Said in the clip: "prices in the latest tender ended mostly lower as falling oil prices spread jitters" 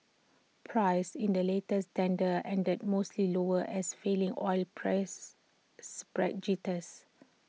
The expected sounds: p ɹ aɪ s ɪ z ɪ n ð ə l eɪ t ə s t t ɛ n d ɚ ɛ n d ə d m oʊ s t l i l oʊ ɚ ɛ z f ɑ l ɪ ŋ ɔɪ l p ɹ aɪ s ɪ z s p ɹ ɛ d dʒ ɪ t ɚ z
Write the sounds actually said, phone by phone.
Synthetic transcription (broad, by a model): p ɹ aɪ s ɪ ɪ n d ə l eɪ t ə s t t ɛ n d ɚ ɛ n d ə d m oʊ s t l i l oʊ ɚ ɛ s f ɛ l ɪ ŋ ɔɪ l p ɹ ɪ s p ɹ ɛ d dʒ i t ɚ s